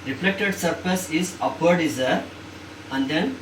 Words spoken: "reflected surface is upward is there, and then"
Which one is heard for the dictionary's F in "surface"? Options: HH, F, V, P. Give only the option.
P